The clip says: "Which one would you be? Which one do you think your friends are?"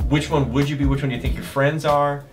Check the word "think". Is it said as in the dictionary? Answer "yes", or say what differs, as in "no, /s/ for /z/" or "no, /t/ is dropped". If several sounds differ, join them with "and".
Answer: yes